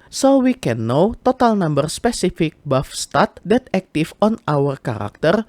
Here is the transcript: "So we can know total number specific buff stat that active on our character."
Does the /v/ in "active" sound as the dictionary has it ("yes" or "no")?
no